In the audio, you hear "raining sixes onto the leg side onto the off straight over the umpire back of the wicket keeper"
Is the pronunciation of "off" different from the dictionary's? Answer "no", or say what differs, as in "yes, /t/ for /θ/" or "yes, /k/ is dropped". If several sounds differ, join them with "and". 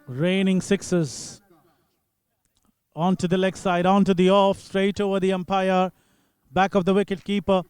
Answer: no